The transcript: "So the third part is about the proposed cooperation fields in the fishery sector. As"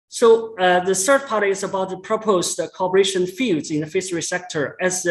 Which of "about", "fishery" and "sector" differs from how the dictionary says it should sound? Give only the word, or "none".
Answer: fishery